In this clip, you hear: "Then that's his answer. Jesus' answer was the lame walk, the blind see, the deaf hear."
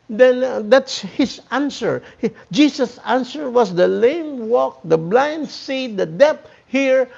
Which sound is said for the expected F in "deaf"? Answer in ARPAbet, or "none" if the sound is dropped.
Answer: P